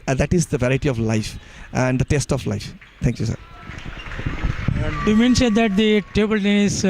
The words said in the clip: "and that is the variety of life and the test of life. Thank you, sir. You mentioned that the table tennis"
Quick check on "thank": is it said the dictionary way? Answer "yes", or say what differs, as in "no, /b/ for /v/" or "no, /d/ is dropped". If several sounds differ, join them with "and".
no, /t/ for /θ/